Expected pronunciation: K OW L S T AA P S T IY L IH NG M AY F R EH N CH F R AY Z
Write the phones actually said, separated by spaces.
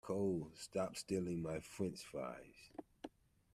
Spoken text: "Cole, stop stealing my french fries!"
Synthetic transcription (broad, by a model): K OW L S T AA P S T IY L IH NG M AY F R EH N S F R AY Z